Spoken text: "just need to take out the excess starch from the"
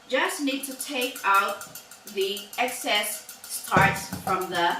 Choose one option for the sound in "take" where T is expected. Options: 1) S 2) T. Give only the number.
2